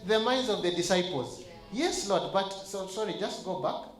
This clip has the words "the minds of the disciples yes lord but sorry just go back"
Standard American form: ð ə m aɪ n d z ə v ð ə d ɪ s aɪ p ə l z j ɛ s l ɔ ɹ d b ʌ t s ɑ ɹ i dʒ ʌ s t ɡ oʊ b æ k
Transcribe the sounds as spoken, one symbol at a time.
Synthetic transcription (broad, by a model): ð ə m aɪ n d z ə v ð ə d ɪ s aɪ p ə l z j ɛ s l ɔ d b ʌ t s ɑ ɹ i dʒ ʌ s t ɡ oʊ b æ k